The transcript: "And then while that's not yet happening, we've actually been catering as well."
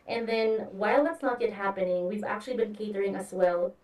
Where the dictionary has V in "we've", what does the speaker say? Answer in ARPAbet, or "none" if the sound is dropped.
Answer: V